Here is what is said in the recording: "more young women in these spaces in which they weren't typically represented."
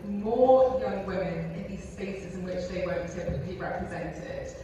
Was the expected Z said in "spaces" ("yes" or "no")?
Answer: yes